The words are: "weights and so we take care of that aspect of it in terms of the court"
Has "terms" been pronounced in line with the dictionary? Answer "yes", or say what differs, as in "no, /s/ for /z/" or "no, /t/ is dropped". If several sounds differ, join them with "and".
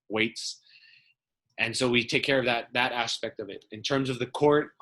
yes